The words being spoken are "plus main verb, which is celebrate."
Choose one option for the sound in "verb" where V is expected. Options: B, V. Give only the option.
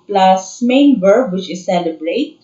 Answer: B